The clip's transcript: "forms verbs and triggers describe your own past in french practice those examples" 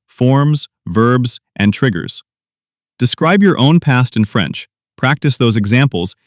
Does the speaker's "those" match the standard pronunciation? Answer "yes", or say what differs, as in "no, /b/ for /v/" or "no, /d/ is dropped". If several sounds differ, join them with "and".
yes